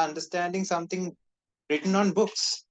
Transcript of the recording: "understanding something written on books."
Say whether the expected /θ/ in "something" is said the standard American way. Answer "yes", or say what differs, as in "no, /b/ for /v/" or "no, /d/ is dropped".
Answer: no, /t/ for /θ/